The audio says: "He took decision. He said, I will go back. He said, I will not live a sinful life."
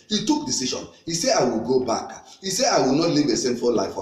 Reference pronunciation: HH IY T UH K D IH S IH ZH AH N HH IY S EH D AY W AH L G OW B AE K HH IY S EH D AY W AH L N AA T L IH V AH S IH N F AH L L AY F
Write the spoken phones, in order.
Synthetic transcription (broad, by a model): HH IY T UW K D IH S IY SH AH N HH IY S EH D AY W AH L G OW B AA K HH IY S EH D AY W AH L N AA T L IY V AH S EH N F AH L L AY F